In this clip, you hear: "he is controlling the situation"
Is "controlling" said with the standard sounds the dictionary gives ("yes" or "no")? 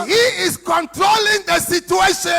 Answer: yes